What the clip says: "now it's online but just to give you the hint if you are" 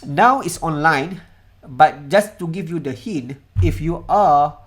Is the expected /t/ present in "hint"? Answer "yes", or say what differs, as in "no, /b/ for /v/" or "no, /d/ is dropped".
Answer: no, /t/ is dropped